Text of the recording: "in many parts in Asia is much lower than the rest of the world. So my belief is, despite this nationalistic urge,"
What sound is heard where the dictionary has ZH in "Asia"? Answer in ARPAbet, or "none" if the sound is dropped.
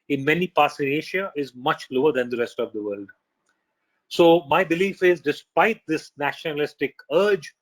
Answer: SH